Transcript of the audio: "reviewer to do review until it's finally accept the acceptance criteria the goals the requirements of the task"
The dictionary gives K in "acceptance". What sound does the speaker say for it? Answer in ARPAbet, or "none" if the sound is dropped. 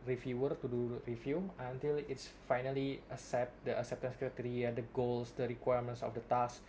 K